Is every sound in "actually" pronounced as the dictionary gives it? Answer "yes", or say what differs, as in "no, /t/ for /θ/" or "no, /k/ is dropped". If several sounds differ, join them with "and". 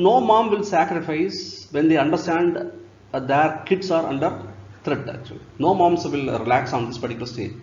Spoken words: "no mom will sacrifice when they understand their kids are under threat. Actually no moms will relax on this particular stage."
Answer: no, /l/ is dropped